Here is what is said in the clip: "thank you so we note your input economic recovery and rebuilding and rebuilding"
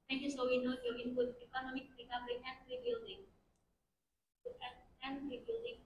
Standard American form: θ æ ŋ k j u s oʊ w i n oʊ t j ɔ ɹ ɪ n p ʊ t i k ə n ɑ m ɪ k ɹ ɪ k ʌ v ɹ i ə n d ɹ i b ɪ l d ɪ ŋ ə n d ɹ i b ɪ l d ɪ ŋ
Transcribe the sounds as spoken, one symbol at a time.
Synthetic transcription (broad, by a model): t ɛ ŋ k j u s oʊ w i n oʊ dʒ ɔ w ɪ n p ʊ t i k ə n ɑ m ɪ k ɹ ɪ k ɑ b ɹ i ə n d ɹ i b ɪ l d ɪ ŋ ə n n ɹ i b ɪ l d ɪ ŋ